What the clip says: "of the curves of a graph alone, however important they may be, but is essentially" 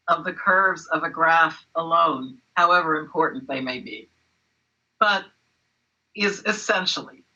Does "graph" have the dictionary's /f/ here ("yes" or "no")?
yes